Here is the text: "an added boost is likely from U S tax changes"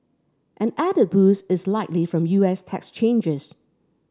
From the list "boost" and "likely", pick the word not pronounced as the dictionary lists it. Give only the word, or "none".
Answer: boost